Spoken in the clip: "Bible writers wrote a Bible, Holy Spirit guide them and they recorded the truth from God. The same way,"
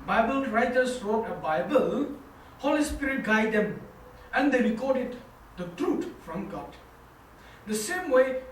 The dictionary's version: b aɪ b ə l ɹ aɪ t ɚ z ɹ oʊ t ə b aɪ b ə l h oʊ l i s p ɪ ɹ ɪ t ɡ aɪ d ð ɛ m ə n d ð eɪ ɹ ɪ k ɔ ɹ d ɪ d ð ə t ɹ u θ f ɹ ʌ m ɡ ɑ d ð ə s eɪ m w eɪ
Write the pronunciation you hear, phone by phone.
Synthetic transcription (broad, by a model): b aɪ b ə l ɹ aɪ t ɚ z ɹ oʊ t ə b aɪ b ə l h oʊ l i s p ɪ ɹ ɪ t ɡ aɪ d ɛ m ə n d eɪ ɹ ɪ k ɔ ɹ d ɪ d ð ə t ɹ u t f ɹ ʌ m ɡ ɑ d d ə s eɪ m w eɪ